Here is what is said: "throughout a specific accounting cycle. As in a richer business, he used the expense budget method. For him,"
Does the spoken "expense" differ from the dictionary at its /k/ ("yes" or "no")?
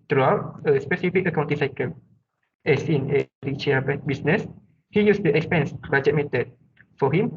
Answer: no